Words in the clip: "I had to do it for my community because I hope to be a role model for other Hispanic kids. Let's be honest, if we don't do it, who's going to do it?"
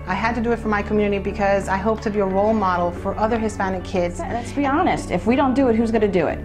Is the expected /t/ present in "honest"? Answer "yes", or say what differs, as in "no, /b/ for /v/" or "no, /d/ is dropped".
yes